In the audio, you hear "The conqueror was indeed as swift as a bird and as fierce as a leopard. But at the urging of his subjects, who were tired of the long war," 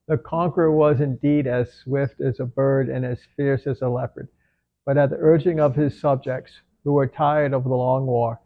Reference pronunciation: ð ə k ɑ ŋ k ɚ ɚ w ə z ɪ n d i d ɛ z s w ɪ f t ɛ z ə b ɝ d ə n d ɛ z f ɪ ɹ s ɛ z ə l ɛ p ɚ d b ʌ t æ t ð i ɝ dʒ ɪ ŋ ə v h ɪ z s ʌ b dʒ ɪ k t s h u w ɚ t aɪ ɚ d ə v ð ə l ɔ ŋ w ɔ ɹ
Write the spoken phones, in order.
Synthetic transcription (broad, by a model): ð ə k ɑ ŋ k ɚ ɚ w ə z ɪ n d i d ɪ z s w ɪ f t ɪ z ə b ɝ d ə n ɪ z f ɪ ɹ s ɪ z ə l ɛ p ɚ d b ʌ t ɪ t ð i ɝ dʒ ɪ ŋ ə v ɪ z s ʌ b dʒ ɪ k t s h u w ɚ t aɪ ɚ d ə v ð ə l ɔ ŋ w ɔ ɹ